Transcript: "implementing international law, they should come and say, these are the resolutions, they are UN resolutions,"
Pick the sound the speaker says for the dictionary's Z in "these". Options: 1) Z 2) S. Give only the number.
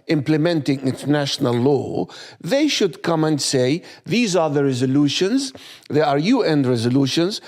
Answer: 1